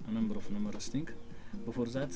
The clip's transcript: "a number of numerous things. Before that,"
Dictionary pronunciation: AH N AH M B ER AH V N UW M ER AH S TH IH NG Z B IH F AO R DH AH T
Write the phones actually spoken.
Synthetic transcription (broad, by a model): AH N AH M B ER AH F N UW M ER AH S T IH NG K B IH F AO R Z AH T